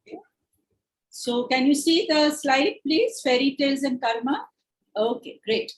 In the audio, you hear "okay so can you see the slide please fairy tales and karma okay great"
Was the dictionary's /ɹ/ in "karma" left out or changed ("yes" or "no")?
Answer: yes